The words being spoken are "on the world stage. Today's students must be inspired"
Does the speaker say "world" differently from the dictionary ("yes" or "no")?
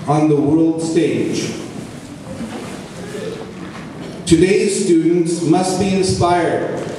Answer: no